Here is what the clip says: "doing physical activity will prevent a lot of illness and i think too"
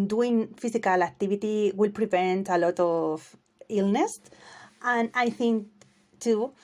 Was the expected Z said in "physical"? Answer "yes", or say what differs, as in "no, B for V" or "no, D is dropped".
no, S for Z